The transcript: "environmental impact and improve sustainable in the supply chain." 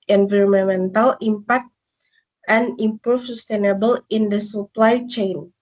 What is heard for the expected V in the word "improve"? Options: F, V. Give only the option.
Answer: F